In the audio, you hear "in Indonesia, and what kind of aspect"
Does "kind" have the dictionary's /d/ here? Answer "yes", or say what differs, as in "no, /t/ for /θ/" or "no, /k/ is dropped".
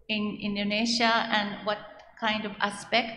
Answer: yes